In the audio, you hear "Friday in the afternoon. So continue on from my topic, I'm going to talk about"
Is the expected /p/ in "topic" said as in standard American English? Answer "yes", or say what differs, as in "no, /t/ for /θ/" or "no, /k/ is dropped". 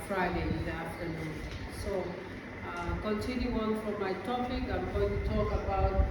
yes